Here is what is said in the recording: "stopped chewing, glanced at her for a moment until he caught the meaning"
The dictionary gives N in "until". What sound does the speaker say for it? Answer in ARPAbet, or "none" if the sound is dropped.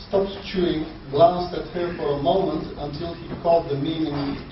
N